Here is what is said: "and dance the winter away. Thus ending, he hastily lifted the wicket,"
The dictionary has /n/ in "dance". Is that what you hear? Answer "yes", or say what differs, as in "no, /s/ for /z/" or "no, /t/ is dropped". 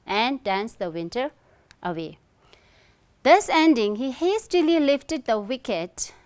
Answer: yes